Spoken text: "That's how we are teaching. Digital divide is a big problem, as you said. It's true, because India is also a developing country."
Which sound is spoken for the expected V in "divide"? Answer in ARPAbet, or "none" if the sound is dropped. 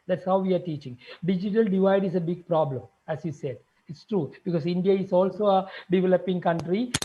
V